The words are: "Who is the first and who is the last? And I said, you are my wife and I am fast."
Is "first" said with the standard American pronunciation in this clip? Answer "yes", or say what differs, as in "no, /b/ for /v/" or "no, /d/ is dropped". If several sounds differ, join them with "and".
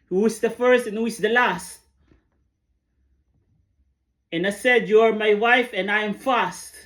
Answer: yes